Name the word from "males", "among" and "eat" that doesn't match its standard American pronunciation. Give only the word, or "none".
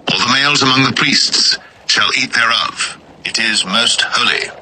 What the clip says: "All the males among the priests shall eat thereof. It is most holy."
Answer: none